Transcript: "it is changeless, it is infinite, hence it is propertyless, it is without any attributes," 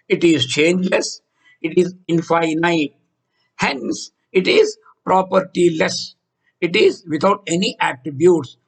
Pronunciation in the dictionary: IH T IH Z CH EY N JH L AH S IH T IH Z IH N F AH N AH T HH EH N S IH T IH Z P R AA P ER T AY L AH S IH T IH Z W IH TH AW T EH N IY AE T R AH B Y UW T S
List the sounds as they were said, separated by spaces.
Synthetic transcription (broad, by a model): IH T IH Z CH EY N JH L AH S IH T IH Z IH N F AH N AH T HH EH N S IH T IH Z P R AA P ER T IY L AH S IH T IH Z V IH T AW T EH N IY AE T R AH B Y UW T S